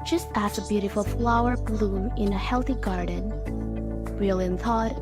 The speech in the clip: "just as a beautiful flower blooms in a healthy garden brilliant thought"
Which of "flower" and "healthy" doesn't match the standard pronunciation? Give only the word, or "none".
none